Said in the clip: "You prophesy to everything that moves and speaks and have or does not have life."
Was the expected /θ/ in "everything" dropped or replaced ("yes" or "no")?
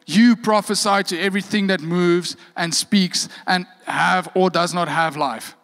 no